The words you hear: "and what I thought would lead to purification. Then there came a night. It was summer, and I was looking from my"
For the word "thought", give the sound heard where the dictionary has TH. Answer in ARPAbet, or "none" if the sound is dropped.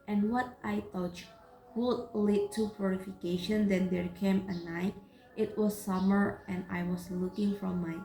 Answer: T